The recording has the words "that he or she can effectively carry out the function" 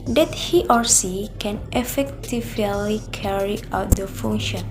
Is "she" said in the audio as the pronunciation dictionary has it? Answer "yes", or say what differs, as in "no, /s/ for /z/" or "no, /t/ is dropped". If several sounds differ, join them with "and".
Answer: no, /s/ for /ʃ/